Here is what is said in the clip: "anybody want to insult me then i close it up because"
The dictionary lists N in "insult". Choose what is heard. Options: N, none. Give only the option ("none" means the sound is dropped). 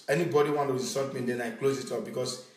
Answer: none